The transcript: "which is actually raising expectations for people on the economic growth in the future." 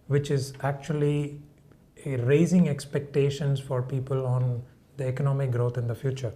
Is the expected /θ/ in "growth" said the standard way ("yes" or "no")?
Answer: no